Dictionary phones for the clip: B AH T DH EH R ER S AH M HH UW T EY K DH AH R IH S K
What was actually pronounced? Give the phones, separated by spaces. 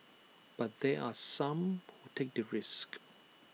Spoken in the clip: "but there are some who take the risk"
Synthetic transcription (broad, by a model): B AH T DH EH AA S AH M HH UW T EY K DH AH R IH S K